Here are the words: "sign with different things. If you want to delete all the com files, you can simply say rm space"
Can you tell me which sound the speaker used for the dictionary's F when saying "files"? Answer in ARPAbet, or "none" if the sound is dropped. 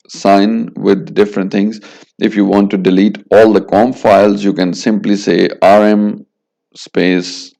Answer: F